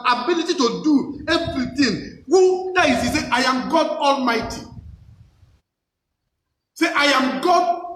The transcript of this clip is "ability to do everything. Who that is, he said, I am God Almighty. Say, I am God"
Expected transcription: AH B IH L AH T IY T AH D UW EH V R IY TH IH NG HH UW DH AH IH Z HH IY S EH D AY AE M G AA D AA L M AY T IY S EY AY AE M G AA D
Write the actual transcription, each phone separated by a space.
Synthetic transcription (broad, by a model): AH B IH L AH T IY T AH D UW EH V R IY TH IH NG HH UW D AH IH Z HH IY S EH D AY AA M G AA D AA L M AY T IY S EY AY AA M G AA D